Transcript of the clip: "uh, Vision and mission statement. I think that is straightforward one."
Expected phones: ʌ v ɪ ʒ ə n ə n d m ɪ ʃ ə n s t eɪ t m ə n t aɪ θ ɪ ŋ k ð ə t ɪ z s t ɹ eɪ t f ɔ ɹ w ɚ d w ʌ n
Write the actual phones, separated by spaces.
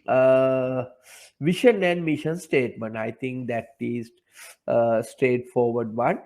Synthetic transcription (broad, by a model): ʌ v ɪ ʃ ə n ə n d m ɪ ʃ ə n s t eɪ t m ə n t aɪ t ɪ ŋ k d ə t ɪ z s t ɹ eɪ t f ɔ ɹ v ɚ d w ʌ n